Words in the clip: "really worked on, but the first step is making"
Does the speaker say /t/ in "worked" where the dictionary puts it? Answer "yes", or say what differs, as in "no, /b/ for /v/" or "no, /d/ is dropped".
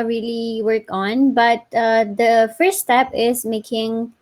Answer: no, /t/ is dropped